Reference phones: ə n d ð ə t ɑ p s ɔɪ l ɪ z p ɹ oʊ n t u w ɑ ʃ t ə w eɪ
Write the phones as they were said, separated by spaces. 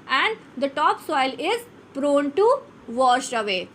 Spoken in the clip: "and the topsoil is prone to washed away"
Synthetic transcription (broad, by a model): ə n d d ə t ɑ p s ɔɪ l ɪ z p ɹ oʊ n t u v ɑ ʃ ə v eɪ